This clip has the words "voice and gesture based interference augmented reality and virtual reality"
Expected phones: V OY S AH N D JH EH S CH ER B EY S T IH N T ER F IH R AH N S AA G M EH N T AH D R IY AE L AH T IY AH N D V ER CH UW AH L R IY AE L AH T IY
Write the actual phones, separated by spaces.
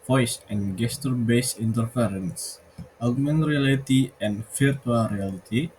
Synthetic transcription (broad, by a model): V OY S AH N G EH S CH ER B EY S IH N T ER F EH R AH N S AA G M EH N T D R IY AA L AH T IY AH N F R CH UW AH L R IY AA L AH T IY